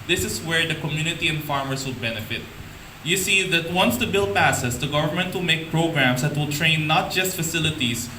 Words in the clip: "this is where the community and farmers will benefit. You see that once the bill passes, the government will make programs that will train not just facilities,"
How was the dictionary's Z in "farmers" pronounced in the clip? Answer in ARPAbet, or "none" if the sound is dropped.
S